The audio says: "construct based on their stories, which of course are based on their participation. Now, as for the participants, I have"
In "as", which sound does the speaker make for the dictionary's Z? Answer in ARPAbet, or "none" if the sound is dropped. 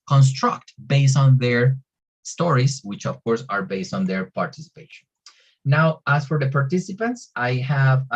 S